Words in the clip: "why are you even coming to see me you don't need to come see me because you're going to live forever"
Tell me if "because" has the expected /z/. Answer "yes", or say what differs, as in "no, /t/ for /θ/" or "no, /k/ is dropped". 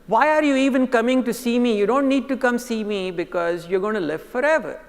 yes